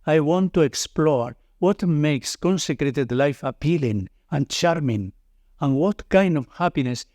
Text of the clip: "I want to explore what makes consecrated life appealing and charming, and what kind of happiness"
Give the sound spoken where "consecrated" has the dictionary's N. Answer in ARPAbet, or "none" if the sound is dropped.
N